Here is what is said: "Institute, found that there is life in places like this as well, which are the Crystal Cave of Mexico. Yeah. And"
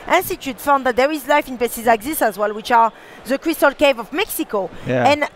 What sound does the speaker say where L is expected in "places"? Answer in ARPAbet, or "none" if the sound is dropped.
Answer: none